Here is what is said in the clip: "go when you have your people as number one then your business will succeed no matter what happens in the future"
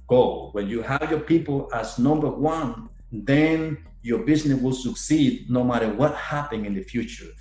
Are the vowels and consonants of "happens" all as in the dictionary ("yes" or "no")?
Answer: no